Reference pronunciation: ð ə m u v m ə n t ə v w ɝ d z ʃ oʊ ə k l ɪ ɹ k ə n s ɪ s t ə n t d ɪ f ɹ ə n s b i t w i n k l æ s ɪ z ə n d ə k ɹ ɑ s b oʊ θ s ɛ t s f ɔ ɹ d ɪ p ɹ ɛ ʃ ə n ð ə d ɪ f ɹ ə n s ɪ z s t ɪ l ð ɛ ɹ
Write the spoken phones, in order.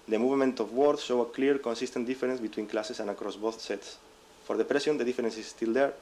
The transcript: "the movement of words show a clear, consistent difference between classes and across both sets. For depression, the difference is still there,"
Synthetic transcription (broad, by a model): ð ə m u v m ə n t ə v w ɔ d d ʃ oʊ ə k l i ɹ k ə n s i s t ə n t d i f ɹ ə n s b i t w i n k l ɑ s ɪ s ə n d ə k ɹ ɑ s b oʊ θ s ɛ t s f ɔ ɹ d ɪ p ɹ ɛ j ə n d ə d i f ɹ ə n s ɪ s t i l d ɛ ɹ